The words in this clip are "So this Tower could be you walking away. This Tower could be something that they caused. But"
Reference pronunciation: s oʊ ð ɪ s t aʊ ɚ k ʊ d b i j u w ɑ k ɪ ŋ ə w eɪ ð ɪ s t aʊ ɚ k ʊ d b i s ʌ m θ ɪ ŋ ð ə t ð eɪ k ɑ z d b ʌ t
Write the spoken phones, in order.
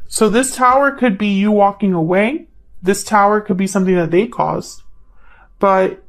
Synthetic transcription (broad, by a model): s oʊ ð ɪ s t aʊ ɚ k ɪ d b i j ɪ w ɑ k ɪ ŋ ə w eɪ ð ɪ s t aʊ ɚ k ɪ d b i s ʌ m θ ɪ ŋ ð ə t ð eɪ k ɑ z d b ʌ t